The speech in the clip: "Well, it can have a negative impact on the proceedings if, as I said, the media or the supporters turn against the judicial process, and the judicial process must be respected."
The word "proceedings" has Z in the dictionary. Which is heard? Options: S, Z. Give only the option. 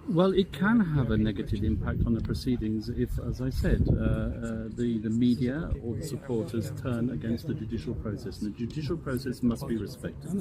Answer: Z